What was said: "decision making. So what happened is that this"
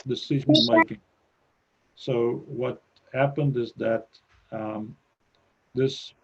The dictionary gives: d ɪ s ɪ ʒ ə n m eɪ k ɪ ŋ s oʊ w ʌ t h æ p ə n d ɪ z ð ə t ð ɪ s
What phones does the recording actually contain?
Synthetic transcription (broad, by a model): d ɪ s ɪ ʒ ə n m eɪ k ɪ ŋ s oʊ w ʌ t h æ p ə n d ɪ z ð ə t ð ɪ s